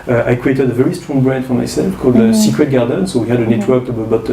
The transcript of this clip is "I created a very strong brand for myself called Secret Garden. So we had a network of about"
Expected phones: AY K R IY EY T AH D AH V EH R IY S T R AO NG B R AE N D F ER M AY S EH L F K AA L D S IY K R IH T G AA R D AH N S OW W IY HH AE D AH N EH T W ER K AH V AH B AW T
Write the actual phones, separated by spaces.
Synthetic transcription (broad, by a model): AY K R IY EY T AH D AH V EH R IY S T R AO NG B R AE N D F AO M AY S EH L F K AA L D S IY K R IH T G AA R D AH N S OW W IY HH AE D AH N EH T W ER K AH B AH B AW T